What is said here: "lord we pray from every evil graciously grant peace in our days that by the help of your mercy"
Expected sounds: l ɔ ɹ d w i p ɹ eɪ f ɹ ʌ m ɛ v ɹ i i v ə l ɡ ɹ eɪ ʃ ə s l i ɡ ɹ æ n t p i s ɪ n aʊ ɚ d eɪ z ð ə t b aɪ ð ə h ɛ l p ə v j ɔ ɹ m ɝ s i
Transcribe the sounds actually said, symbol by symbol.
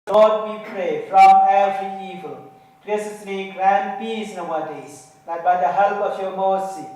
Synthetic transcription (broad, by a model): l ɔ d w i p ɹ eɪ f ɹ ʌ m ɛ v ɹ i i v ə l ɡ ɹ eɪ s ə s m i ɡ ɹ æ n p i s n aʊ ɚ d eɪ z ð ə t b aɪ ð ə h ɛ l p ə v j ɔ m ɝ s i